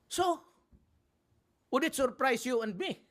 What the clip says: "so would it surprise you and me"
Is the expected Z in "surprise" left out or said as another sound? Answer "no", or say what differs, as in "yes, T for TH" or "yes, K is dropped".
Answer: yes, S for Z